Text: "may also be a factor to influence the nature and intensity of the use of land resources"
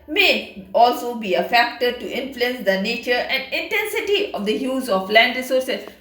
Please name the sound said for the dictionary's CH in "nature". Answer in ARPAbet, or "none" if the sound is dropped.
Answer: CH